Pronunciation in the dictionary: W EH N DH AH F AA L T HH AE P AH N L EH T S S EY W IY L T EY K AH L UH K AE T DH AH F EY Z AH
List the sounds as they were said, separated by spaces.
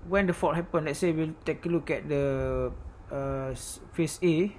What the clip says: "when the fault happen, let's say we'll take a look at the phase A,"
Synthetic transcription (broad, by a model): W EH N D AH F AA T HH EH P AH N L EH T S S EY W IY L T EY K AH L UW K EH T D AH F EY S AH